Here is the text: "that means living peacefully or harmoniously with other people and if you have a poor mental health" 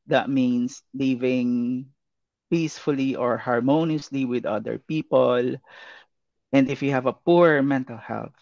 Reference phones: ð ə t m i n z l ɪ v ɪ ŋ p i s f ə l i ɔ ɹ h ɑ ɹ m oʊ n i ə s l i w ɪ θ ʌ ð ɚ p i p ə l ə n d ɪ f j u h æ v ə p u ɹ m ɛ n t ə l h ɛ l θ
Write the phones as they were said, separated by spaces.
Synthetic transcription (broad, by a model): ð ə t m i n s l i v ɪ ŋ p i s f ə l i ɔ ɹ h ɑ ɹ m oʊ n i ə s l i w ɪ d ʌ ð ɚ p i p ə l ə n d ɪ f j u h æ v ə p u ɹ m ɛ n t ə l h ɛ l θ